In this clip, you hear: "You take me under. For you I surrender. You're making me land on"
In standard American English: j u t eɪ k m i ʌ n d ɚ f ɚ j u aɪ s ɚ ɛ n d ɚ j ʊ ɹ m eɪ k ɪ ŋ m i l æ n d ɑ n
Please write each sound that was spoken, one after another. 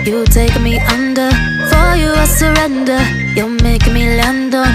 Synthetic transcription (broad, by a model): j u t eɪ k m i ʌ n d ɚ f ɚ j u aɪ s ɚ ɛ n d ɚ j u l m eɪ ɪ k m i l æ n d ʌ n